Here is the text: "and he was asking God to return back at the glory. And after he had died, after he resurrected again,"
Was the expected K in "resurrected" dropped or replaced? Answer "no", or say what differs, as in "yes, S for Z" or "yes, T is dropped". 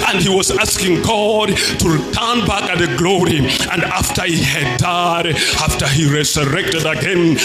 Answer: no